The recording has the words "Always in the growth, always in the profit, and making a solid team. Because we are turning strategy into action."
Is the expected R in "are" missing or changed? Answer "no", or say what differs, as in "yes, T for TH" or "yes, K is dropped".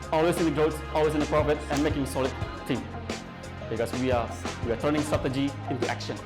yes, W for R